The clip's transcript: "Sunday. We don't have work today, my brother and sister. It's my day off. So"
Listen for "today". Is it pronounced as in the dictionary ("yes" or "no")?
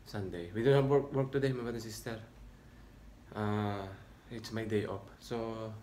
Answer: yes